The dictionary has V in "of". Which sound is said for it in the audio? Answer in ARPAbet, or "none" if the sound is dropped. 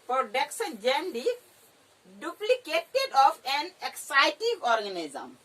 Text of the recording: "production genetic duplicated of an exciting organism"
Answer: P